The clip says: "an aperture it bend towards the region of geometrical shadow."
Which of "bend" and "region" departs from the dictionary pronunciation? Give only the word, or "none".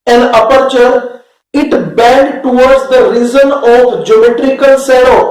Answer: region